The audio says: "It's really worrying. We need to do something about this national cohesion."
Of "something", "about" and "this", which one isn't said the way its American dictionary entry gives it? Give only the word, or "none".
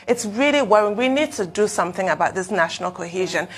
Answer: none